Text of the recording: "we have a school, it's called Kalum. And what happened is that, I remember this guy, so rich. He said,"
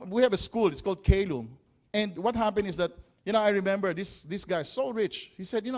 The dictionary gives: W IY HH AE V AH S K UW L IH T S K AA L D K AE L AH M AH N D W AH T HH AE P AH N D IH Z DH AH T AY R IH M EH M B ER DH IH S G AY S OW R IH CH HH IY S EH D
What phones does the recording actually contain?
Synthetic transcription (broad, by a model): W IY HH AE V AH S K UW L IH T S K AA L D K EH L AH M AH N D W AH T HH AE P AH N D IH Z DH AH T AY R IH M EH M B ER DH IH S G AY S OW R IH CH HH IY S EH D